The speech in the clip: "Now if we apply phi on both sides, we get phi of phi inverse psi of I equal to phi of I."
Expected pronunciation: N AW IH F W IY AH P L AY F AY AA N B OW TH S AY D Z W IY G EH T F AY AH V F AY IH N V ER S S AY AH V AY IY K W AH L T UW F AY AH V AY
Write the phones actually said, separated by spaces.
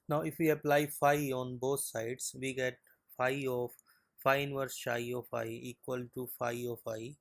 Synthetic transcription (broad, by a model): N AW IH F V IY AH P L AY F AY AA N B OW T S AY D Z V IY G EH T F AY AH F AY IH N V ER S SH AY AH F AY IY K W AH L T UW F AY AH F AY